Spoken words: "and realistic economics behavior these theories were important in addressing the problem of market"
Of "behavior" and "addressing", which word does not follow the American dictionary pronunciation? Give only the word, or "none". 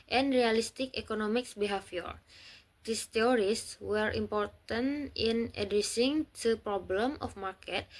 behavior